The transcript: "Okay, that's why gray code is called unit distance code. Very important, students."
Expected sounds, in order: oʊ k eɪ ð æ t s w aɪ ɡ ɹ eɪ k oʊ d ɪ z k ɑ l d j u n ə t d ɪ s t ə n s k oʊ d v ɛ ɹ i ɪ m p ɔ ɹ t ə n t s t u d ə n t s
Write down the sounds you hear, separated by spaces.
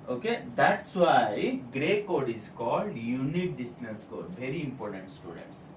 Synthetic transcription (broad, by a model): oʊ k eɪ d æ t s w aɪ ɡ ɹ eɪ k oʊ d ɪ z k ɑ l d j u n ə t d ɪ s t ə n s k oʊ d v ɛ ɹ i ɪ m p ɔ ɹ t ə n t s t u d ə n t s